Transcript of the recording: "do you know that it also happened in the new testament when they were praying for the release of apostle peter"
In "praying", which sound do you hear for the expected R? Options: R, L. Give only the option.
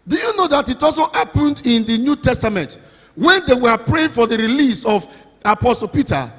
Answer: R